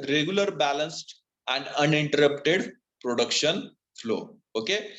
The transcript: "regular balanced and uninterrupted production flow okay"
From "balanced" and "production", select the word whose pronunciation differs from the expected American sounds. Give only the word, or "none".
none